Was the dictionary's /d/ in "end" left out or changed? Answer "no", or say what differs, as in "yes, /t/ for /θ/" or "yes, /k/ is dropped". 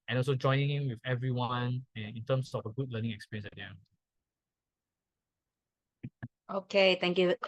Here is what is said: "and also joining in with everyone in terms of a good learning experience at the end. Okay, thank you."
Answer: yes, /d/ is dropped